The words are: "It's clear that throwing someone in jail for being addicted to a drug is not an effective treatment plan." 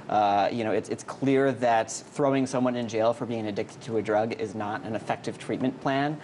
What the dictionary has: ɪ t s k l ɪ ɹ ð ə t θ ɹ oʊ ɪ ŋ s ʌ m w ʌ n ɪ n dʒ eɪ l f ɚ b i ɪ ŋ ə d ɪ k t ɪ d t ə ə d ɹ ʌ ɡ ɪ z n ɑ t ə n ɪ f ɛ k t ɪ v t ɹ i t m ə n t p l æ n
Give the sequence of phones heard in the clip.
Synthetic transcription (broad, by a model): ɪ t s k l ɪ ɹ ð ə t θ ɹ oʊ ɪ ŋ s ʌ m w ʌ n ɪ n dʒ eɪ l f ɚ b i ɪ ŋ ə d ɪ k t ɪ d t ə ə d ɹ ʌ ɡ ɪ z n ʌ t ə n ɪ f ɛ k t ɪ v t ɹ i t m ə n p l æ n